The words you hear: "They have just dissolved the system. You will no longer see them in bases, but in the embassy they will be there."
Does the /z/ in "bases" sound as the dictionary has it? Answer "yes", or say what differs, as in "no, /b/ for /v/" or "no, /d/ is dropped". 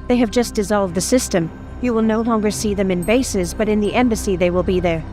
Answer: yes